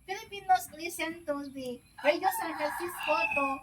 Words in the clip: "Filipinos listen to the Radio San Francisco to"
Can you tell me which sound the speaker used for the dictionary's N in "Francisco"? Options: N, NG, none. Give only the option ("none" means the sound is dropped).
none